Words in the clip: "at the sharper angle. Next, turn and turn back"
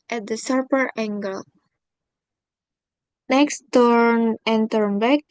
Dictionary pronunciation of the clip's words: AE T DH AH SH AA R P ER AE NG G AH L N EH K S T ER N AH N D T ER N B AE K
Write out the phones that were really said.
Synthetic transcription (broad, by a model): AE T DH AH S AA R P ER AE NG G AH L N EH K S T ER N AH N T ER N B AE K